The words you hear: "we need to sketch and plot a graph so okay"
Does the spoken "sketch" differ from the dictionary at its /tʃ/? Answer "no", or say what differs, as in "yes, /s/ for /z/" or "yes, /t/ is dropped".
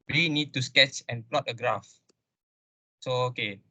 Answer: no